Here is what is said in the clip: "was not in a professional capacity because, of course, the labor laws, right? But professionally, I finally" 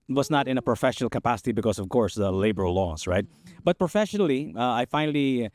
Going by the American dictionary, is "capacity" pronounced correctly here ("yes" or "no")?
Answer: yes